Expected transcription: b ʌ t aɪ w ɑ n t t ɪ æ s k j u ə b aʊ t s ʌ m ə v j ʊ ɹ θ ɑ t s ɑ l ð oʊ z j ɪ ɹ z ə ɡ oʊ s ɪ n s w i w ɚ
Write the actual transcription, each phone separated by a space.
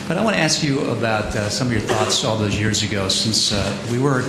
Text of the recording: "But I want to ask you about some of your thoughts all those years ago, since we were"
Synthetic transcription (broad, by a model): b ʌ t aɪ w ɑ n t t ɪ æ s k j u ə b aʊ t s ʌ m ə v j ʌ ɹ θ ɑ t s ɑ l ð oʊ z j ɪ ɹ z ə ɡ oʊ s ɪ n s w i w ɚ